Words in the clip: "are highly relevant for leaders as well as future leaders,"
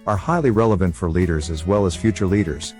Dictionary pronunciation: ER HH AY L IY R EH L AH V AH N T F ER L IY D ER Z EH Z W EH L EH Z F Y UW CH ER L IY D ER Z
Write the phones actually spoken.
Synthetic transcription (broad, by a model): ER HH AY L IY R EH L AH V AH N T F ER L IY D ER Z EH Z W EH L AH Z F Y UW CH ER L IY D ER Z